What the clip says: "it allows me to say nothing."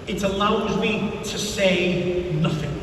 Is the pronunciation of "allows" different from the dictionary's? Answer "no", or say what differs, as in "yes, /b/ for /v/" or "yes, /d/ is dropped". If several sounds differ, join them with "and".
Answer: no